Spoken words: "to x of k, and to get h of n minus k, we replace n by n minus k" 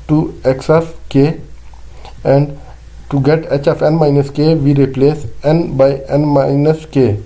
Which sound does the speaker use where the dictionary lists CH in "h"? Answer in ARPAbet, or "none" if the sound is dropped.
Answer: CH